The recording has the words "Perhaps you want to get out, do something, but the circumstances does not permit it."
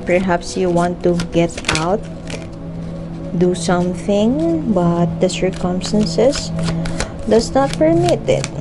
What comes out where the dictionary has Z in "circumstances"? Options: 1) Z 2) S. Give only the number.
2